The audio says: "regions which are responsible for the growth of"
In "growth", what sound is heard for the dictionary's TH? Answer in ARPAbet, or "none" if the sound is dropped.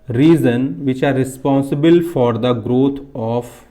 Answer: T